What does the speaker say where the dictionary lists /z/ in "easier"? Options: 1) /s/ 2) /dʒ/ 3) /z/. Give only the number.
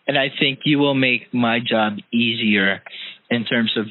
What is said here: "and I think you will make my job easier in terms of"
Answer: 3